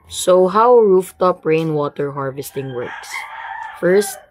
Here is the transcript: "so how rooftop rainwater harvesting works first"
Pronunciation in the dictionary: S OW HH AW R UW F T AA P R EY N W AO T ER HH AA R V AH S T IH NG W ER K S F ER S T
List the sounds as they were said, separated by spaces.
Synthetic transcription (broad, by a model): S OW HH AW R UW F T AA P R EY N W AO T ER HH AA R V AH S T IH NG W ER K S F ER S T